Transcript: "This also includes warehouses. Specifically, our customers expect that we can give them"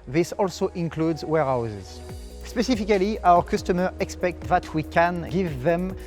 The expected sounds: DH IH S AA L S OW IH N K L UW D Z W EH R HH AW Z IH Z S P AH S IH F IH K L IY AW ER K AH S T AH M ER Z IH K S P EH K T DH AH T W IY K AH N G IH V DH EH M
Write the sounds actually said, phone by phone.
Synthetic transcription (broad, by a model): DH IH S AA L S OW IH N K L UW D Z W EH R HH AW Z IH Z S P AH S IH F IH K L IY AW ER K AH S T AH M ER IH K S P EH K T DH AH T W IY K AH N G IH V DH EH M